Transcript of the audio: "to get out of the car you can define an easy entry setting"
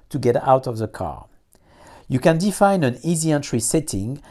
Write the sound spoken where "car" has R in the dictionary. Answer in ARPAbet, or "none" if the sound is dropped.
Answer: R